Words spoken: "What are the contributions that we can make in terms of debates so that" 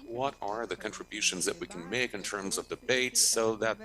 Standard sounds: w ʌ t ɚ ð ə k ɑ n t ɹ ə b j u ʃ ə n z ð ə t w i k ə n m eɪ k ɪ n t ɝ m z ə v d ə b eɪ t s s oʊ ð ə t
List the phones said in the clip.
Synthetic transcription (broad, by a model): w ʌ t ɚ ð ə k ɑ n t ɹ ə b j u ʃ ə n z ð ə t w i k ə n m eɪ k ɪ n t ɝ m z ə v d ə b eɪ t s s oʊ ð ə t